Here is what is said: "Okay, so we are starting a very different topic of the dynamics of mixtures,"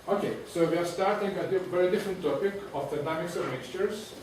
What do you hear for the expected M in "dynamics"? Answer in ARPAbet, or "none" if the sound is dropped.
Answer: none